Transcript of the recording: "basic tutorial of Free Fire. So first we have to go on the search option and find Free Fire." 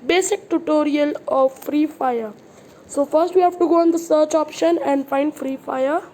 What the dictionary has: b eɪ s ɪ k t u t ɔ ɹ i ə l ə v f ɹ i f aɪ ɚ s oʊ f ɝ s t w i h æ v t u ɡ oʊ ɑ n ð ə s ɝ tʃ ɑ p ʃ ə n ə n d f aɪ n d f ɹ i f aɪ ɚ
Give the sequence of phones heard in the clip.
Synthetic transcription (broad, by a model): b eɪ s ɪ k t u t ɔ ɹ i ə l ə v f ɹ i f aɪ ɚ s oʊ f ɝ s t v i h æ v t u ɡ oʊ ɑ n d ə s ɝ tʃ ɑ p ʃ ə n ə n d f aɪ n d f ɹ i f aɪ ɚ